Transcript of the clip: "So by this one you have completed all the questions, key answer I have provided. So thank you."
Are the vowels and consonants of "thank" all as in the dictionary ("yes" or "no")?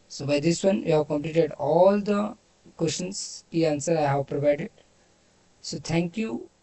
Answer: no